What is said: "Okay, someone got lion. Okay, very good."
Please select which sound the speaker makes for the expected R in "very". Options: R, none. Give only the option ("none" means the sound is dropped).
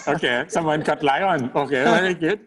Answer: none